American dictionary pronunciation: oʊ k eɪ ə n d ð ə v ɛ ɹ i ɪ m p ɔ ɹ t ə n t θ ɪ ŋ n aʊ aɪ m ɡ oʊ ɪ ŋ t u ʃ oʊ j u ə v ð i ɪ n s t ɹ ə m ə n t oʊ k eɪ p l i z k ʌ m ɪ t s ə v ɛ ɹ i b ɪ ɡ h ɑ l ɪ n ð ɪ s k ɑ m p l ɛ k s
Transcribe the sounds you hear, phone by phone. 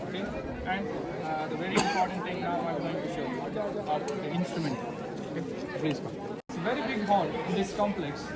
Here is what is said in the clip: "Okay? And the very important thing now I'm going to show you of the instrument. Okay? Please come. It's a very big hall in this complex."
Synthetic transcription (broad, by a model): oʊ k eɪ ə n d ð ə v ɛ ɹ i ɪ m p ɔ ɹ t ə n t t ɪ ŋ n aʊ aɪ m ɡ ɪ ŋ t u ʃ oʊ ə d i ɪ n s t ɹ ə m ə n t oʊ k eɪ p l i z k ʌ ɪ t s ə v ɛ ɹ i b ɪ ɡ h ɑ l ɪ n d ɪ s k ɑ m p l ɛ k s